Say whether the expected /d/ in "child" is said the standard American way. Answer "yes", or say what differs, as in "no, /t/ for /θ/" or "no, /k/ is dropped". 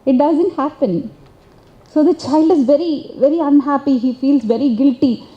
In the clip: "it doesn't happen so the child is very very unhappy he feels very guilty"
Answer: yes